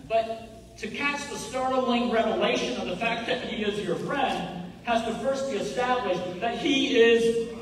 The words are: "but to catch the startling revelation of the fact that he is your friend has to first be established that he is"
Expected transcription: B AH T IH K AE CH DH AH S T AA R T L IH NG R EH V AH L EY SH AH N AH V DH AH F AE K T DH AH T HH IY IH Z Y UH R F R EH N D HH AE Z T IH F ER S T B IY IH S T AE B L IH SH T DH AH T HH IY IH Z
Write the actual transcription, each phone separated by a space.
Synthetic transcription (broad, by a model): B AH T IH K AE CH DH AH S T AA R T L IH NG R EH V AH L EY SH AH N AH V DH AH F AE K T DH AH T HH IY IH Z Y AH R F R EH N D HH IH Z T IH F ER S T B IY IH S T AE B L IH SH DH AH T HH IY IH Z